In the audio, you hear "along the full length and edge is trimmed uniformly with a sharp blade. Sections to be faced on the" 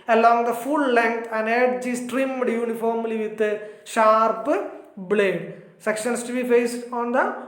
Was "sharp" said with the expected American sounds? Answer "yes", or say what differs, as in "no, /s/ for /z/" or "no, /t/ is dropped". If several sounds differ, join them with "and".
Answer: yes